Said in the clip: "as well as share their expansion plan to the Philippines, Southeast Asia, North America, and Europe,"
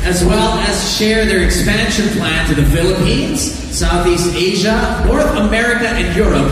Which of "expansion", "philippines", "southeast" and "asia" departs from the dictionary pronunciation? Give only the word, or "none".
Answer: none